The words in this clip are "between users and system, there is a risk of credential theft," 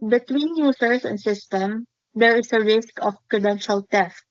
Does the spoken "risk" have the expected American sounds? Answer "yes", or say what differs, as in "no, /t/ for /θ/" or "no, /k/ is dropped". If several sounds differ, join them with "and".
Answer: yes